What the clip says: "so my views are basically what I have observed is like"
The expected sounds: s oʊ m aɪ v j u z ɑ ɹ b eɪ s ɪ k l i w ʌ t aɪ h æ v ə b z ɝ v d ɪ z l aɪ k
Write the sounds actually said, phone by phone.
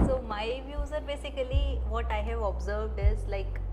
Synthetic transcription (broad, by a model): s oʊ m aɪ v j u z ɑ ɹ b eɪ s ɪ k l i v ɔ t aɪ h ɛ v ə b z ɝ v d ɪ z l aɪ k